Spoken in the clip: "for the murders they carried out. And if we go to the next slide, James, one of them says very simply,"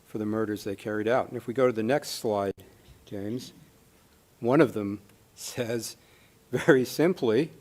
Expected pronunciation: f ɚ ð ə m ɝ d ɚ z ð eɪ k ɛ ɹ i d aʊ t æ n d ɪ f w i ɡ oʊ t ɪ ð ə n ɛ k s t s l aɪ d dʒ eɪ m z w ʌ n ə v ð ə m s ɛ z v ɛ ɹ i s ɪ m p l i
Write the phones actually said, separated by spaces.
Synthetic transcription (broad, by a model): f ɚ ð ə m ɝ d ɚ z ð eɪ k ɛ ɹ i d aʊ t n ɪ f w i ɡ oʊ t ɪ ð ə n ɛ k s t s l aɪ d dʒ eɪ m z w ʌ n ə v ð ə m s ɛ z v ɛ ɹ i s ɪ m p l i